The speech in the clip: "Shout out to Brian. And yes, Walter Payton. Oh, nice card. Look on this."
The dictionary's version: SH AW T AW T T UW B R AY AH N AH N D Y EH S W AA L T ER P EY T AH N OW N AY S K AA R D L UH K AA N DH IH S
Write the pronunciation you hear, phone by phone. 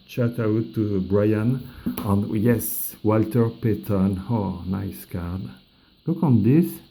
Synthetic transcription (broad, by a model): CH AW T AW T T UW B R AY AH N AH N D Y EH S W AA L T ER P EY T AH N OW N AY S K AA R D L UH K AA N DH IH S